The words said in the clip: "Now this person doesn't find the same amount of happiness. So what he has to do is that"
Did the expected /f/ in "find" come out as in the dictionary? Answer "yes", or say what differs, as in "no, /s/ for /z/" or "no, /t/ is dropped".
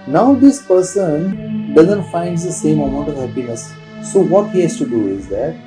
yes